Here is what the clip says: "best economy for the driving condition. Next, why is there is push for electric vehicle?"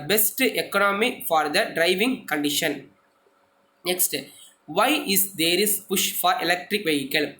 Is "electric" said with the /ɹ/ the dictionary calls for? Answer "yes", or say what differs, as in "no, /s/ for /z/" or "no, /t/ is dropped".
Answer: yes